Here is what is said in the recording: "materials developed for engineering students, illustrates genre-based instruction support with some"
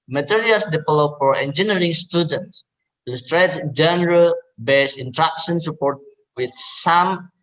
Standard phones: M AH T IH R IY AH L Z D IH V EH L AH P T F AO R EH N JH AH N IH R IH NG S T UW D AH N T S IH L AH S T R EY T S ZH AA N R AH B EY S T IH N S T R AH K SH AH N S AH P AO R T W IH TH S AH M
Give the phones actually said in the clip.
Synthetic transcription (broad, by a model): M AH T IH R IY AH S D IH F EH L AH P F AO R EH N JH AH N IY R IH NG S T UW D AH N T S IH L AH S T R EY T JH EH N R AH B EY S IH N T R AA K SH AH N S AH P AO R T W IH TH S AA M